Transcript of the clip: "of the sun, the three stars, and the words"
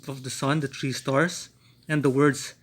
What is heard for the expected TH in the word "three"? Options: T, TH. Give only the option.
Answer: T